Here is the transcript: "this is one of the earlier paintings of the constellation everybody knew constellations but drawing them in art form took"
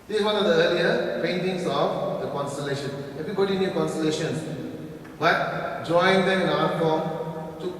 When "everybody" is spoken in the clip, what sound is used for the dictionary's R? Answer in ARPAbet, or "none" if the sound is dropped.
none